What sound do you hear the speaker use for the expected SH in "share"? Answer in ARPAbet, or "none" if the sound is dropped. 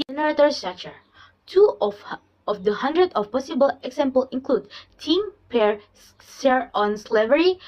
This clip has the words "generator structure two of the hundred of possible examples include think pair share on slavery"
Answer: S